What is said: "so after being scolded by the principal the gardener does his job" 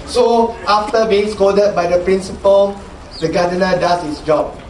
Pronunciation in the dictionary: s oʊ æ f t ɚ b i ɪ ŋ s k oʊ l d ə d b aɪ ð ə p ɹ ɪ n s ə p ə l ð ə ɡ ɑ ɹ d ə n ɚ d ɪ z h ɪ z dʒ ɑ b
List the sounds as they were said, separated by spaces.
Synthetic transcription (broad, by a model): s oʊ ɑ f t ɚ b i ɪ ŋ s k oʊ d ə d b aɪ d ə p ɹ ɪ n s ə p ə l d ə ɡ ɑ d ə n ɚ d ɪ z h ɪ s dʒ ɑ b